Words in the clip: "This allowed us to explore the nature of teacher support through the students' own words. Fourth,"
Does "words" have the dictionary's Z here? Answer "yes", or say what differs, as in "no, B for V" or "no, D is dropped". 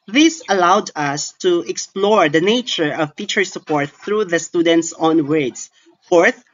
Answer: no, S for Z